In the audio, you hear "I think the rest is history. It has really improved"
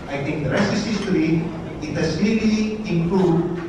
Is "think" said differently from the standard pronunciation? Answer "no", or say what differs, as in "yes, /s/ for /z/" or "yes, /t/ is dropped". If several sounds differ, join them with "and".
yes, /t/ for /θ/